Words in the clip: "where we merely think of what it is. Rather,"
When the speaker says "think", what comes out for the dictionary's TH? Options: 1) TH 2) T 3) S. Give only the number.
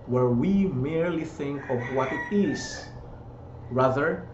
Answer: 1